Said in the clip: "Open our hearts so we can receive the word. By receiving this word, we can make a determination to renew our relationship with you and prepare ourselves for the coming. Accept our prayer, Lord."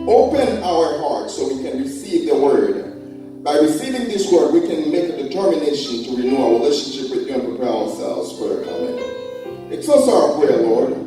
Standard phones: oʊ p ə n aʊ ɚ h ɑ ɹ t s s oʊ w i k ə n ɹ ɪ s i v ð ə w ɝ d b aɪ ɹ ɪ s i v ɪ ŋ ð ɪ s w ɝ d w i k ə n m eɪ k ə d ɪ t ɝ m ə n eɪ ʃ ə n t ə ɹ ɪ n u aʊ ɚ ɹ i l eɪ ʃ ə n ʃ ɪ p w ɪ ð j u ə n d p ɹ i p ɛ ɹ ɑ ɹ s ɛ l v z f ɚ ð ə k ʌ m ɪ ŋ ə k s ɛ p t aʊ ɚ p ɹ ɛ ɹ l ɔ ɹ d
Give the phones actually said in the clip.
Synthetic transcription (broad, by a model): oʊ p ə n aʊ ɚ h ɑ ɹ t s s oʊ w i k ə n ɹ ɪ s i v ð ə w ɝ d b aɪ ɹ ɪ s i v ɪ ŋ ð ɪ s w ɝ d w i k ə n m eɪ k ə d ɪ t ɝ m ə n eɪ ʃ ə n t ə ɹ ɪ n u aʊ ɹ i l eɪ ʃ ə n ʃ ɪ p w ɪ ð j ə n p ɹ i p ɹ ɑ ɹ s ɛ l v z f ɚ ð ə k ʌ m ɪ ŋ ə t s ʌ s aʊ ɚ p ɹ ɛ ɹ l ɔ ɹ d